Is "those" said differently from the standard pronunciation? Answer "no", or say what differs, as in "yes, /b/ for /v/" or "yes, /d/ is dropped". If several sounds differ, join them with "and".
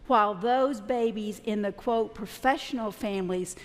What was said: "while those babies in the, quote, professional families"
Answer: no